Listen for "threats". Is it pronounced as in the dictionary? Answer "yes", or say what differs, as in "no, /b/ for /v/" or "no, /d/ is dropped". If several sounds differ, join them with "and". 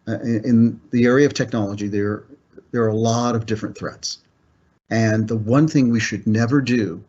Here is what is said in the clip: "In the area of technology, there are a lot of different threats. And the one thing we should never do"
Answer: yes